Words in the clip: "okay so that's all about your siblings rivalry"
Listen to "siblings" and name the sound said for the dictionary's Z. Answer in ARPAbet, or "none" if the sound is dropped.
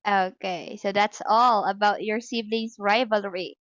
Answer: S